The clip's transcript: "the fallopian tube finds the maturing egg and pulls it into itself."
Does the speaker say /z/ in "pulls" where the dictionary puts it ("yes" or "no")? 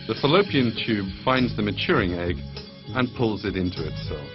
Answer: yes